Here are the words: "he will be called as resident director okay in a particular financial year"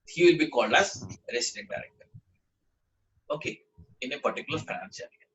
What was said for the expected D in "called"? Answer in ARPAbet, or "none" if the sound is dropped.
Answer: D